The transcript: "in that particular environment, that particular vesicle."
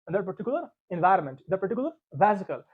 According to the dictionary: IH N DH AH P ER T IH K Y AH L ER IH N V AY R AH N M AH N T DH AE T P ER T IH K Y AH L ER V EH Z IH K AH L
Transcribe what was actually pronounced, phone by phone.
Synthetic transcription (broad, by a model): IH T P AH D T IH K Y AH L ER IH N V AY R AH N M AH N T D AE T P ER T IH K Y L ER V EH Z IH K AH L